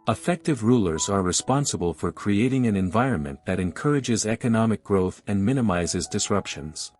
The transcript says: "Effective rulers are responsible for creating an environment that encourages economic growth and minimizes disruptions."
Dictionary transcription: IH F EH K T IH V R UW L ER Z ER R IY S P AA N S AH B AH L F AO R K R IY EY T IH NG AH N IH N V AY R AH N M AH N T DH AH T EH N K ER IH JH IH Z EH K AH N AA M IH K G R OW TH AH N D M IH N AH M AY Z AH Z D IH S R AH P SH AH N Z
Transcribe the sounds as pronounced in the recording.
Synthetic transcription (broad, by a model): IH F EH K T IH V R UW L ER Z ER R IY S P AA N S AH B AH L F AO R K R IY EY T IH NG AH N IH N V AY R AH N M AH N DH AH T EH N K ER IH JH IH Z EH K AH N AA M IH K G R OW TH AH N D M IH N AH M AY Z AH Z D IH S R AH P SH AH N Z